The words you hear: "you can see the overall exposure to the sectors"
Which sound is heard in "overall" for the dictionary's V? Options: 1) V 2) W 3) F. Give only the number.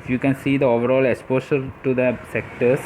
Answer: 1